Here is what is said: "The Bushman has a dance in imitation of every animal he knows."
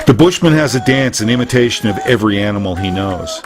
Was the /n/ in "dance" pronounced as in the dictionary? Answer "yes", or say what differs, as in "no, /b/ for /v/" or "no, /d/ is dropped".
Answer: yes